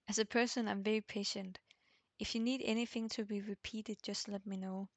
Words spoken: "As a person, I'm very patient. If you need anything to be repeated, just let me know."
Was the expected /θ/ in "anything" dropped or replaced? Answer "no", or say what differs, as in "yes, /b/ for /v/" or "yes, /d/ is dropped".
no